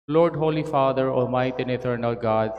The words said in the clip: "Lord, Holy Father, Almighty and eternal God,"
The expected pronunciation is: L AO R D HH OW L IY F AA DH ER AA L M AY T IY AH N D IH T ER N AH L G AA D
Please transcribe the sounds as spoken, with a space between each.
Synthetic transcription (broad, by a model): L AO R D HH OW L IY F AA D ER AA M AY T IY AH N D IH T ER N AH L G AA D